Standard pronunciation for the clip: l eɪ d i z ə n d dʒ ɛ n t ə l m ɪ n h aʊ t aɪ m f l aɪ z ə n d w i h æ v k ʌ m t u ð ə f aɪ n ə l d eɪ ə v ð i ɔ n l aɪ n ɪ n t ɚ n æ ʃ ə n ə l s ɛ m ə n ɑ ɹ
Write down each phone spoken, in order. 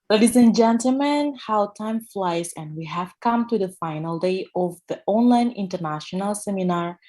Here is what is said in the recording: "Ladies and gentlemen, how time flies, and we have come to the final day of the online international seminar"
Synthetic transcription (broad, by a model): l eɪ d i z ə n dʒ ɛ n t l m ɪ n h aʊ t aɪ m f l aɪ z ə n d w i h æ v k ʌ m t u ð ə f aɪ n ə l d eɪ ə v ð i ɔ n l aɪ n ɪ n t ɚ n æ ʃ ə n ə l s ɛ m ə n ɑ ɹ